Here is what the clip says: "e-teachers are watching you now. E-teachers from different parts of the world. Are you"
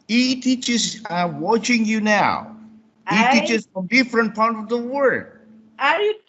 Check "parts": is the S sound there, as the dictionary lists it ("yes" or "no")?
no